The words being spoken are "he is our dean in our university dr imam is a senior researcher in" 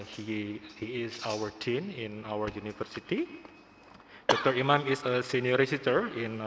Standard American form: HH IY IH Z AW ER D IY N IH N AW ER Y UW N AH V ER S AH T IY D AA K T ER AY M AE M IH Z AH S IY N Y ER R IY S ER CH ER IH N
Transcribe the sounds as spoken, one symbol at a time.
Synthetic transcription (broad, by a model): HH IY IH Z AW ER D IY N IH N AW ER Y UW N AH F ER S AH T IY D AA K T ER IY M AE M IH S AH S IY N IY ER R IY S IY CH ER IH N